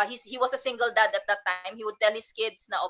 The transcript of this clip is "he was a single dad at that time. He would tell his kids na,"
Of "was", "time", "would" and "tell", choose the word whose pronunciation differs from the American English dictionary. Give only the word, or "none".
was